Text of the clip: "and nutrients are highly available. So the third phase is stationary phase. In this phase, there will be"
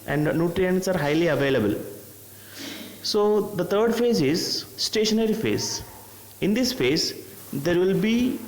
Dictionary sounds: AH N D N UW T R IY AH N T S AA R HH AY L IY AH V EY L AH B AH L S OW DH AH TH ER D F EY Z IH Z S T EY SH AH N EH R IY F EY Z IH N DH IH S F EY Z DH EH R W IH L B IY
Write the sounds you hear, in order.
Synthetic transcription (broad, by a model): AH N D N UW T R IY AH N T S AA R HH AY L IY AH V EY L AH B AH L S OW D AH T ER D F EY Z IH Z S T EY SH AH N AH R IY F EY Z IH N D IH S F EY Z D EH R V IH L B IY